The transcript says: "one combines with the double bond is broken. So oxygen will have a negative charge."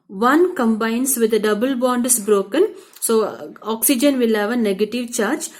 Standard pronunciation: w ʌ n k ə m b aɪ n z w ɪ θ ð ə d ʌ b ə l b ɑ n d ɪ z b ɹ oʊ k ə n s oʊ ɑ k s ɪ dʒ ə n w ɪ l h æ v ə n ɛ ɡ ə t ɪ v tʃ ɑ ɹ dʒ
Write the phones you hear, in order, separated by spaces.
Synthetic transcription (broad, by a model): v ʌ n k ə m b aɪ n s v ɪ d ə d ʌ b ə l b ɑ n d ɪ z b ɹ oʊ k ə n s oʊ ɑ k s ɪ dʒ ə n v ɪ l h æ v ə n ɛ ɡ ə t ɪ v tʃ ɑ ɹ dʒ